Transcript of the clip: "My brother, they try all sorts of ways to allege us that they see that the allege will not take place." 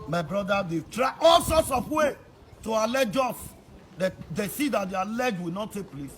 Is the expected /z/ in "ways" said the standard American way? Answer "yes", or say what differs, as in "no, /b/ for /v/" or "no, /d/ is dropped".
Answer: no, /z/ is dropped